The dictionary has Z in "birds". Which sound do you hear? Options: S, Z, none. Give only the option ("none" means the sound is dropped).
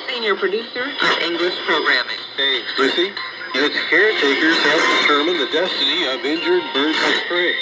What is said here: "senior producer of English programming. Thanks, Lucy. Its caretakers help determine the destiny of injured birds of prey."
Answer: none